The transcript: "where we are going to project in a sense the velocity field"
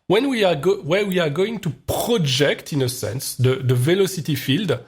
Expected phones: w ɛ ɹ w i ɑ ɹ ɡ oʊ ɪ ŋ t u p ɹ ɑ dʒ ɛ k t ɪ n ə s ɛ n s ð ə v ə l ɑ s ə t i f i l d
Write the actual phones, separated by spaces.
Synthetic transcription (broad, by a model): w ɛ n w i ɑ w ɡ oʊ ɪ ŋ t u p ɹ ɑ dʒ ɛ k t ɪ n ə s ɛ n s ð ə v ə l ɑ s ə t i f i l d